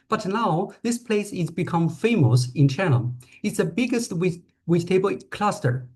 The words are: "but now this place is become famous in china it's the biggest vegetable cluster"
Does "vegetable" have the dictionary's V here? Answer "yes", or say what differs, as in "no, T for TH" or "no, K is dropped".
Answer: no, W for V